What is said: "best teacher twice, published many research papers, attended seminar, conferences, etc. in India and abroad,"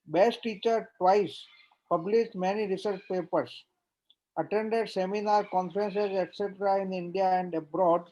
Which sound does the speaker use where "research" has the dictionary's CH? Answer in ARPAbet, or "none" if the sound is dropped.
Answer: CH